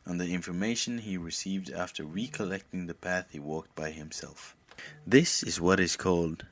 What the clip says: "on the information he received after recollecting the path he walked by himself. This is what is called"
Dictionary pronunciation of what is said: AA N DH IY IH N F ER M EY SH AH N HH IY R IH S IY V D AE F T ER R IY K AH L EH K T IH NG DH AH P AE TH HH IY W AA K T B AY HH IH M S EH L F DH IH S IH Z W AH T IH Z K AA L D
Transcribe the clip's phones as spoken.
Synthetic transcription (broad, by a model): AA N DH IY IH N F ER M EY SH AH N IY R IH S IY V D AE F T ER R IY K AH L EH K T IH NG DH AH P AE TH HH IY W AA K T B AY HH IH M S EH L F DH IH S IH Z W AH T IH Z K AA L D